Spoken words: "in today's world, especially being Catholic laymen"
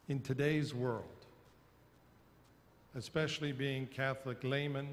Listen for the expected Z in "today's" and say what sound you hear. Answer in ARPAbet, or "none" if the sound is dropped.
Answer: Z